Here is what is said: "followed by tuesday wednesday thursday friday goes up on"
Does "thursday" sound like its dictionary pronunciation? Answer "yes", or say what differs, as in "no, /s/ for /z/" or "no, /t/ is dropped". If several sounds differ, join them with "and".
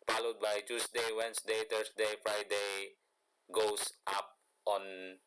no, /t/ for /θ/ and /s/ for /z/